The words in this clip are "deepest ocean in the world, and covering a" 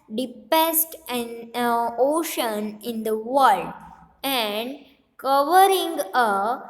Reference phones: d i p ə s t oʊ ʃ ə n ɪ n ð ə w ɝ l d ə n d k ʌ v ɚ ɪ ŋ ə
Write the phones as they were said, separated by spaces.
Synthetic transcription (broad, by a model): d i p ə s t oʊ ʃ ə n ɪ n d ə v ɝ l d ə n d k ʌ v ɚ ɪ ŋ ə